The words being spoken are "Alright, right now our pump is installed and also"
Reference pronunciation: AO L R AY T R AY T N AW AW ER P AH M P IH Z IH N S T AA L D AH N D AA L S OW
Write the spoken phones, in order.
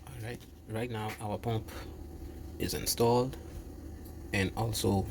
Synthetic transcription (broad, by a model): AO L R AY T R AY T N AW AW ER P AH M P IH Z IH N S T AA L D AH N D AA L S OW